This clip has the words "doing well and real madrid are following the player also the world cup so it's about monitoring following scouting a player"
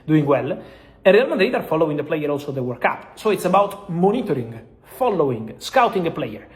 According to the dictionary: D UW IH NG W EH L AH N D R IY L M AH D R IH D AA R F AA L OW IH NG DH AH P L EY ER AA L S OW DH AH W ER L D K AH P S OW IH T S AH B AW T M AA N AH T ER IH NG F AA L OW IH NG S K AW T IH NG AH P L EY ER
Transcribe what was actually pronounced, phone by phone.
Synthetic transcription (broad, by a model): D UW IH NG W EH L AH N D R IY L M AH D R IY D AA R F AA L OW IH NG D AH P L EY ER AA L S OW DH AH W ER D K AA P S OW IH T S AH B AW T M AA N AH T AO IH NG F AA L OW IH NG S K AW T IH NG AH P L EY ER